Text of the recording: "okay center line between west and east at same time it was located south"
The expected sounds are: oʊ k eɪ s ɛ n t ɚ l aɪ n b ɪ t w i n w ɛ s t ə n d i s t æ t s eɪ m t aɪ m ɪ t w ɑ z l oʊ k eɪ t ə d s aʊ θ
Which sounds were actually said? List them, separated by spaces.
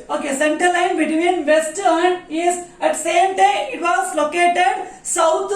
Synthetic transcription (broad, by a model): oʊ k eɪ s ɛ n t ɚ l aɪ n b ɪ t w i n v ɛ s t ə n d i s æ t s eɪ m t aɪ m ɪ t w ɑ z l oʊ k eɪ t ə d s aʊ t